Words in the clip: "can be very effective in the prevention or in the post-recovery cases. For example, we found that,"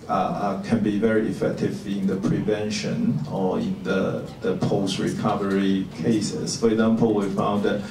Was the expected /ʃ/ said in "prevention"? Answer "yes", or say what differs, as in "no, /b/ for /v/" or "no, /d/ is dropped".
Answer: yes